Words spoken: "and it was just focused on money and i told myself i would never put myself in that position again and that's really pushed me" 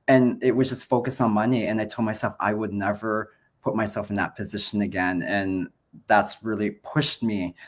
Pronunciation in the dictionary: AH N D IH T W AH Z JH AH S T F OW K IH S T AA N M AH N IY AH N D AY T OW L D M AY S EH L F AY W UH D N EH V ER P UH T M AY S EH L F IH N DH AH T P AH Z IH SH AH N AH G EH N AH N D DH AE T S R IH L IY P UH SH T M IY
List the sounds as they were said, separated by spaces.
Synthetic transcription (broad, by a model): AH N IH T W AH Z JH AH S T F OW K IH S N M AH N IY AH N AY T OW L D M AY S EH L F AY W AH D N EH V ER P UH T M AY S EH L F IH N DH AH T P AH Z IH SH AH N AH G EH N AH N DH AE T S R IH L IY P UH SH T M IY